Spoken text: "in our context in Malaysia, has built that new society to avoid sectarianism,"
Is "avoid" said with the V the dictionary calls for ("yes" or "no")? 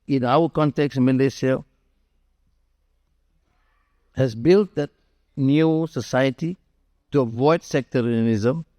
yes